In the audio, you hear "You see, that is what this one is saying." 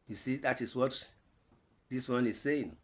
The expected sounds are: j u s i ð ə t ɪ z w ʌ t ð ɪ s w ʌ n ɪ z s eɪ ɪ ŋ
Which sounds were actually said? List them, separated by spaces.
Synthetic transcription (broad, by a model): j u s i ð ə t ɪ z w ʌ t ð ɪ s w ʌ n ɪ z s eɪ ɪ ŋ